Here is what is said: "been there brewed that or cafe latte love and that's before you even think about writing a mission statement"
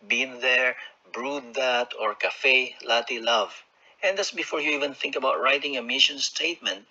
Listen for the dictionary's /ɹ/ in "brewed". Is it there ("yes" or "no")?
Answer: yes